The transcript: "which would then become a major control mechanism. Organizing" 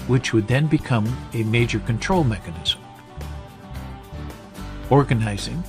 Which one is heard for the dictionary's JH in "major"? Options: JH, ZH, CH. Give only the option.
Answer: JH